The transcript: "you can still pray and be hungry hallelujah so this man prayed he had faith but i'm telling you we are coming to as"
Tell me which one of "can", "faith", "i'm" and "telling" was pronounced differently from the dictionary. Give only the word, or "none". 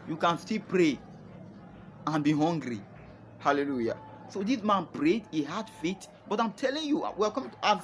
faith